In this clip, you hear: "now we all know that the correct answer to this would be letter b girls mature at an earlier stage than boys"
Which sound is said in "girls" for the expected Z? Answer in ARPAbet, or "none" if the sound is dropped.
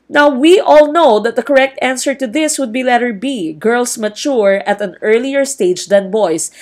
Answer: S